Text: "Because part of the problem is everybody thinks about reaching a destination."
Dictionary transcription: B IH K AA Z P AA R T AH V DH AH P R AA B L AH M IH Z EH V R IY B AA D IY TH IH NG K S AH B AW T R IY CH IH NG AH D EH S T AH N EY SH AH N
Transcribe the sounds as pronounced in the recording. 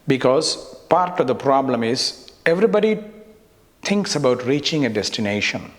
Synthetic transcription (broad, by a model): B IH K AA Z P AA R T AH V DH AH P R AA B L AH M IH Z EH V R IY B AA D IY T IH NG K S AH B AW T R IY CH IH NG AH D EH S T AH N EY SH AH N